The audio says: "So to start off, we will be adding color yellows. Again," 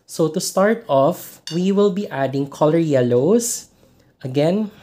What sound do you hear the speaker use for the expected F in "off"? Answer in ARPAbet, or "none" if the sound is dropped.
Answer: F